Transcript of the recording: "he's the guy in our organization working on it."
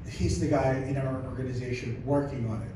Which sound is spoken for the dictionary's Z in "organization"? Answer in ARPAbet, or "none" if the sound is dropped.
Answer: Z